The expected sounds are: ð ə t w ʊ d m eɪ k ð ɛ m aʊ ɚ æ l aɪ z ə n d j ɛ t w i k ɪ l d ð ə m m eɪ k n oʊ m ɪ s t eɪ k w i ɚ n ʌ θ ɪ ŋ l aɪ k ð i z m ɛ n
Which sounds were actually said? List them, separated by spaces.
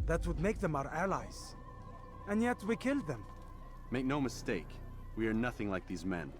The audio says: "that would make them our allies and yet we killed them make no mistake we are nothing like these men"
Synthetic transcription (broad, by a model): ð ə t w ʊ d m eɪ k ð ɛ m aʊ ɚ æ l aɪ z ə n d j ɛ t w i k ɪ l d ð ə m m eɪ k n oʊ m ɪ s t eɪ k w i ɚ n ʌ θ ɪ ŋ l aɪ k ð i z m ɛ n